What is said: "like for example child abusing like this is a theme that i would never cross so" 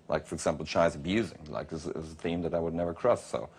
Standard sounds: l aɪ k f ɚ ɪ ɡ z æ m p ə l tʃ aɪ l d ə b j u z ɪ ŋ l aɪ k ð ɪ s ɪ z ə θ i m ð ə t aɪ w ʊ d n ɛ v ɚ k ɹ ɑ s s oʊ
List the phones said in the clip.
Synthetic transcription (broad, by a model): l aɪ k f ɚ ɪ ɡ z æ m p l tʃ aɪ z ə b j u z ɪ ŋ l aɪ k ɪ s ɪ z ə θ i m ð ə t aɪ w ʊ d n ɛ v ɚ k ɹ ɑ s s oʊ